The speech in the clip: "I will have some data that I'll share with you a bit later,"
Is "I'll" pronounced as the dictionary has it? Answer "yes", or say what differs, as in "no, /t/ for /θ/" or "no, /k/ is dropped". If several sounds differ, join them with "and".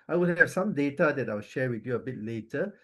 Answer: no, /w/ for /l/